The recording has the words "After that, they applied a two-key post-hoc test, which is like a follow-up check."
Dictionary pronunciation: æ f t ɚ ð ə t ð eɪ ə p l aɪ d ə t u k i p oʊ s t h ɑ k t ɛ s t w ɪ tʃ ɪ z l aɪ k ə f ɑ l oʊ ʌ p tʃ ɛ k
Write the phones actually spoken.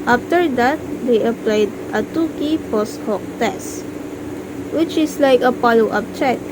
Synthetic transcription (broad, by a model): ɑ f t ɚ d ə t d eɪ ə p l aɪ d ə t u k i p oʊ s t h ɑ k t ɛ s w ɪ tʃ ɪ s l aɪ k ə p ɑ l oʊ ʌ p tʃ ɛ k